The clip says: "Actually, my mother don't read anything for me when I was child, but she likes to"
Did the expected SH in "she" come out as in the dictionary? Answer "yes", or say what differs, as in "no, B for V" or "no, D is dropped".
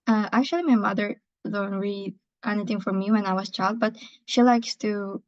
yes